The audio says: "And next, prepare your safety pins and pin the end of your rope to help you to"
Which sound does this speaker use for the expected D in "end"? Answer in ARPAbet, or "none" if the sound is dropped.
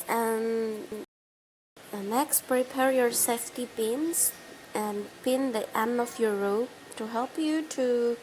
none